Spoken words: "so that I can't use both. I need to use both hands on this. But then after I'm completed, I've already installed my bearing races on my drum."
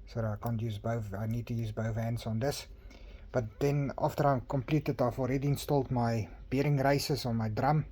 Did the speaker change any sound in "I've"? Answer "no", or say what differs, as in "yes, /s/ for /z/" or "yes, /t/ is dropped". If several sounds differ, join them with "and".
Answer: yes, /f/ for /v/